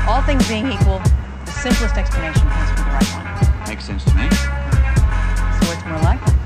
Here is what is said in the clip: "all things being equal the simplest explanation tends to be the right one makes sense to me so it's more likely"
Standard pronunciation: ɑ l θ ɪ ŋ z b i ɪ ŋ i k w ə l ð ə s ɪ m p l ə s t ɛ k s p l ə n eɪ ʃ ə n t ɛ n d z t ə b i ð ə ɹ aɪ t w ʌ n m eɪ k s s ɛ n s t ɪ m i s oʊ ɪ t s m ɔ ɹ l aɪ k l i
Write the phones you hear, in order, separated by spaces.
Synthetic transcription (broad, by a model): ɑ l θ ɪ ŋ z b i ɪ ŋ i k w ə l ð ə s ɪ m p l ə s t ɛ k s p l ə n eɪ ʃ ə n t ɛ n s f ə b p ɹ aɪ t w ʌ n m eɪ k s s ɛ n s t ɪ m i s oʊ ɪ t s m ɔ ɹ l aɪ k